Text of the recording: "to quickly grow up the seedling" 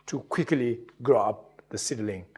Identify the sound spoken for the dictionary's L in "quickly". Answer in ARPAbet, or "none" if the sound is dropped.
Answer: L